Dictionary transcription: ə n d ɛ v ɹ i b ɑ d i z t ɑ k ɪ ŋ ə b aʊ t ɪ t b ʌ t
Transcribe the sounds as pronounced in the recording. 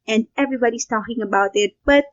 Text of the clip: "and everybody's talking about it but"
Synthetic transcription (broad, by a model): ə n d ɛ v ɹ i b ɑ d i s t ɑ k ɪ ŋ ə b aʊ t ɪ t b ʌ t